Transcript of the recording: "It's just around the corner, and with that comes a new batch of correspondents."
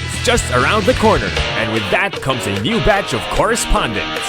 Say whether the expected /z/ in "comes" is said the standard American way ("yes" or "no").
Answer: yes